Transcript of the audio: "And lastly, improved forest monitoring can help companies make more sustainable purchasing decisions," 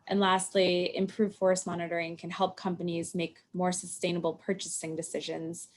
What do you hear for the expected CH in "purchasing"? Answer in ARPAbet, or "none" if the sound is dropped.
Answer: CH